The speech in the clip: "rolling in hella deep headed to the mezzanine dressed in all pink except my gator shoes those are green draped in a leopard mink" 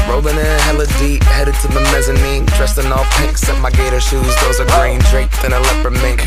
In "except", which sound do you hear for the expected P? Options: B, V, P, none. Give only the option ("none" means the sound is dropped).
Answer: none